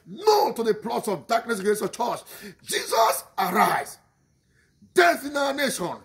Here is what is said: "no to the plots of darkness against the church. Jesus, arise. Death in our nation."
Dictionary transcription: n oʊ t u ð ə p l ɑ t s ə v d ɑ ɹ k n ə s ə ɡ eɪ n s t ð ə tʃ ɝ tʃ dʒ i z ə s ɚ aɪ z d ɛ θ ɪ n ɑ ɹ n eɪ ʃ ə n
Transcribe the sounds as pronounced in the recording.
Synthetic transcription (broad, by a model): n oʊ t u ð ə p l ɑ t s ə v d ɑ k n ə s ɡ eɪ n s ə tʃ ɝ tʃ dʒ i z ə s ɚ aɪ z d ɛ t ɪ n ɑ n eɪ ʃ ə n